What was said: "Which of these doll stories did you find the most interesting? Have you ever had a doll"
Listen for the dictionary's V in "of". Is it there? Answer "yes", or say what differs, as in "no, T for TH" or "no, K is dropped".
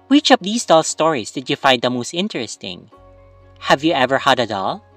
no, P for V